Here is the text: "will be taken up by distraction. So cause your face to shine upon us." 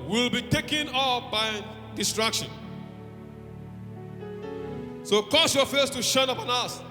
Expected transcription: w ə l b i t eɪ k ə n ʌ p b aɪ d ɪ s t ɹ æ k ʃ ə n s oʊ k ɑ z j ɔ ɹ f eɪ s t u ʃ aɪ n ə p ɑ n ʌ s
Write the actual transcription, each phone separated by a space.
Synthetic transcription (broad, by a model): w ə l b i t eɪ k ə n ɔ f b aɪ d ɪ s t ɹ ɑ k ʃ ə n s oʊ k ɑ s j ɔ f eɪ s t u ʃ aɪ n ə p ɑ n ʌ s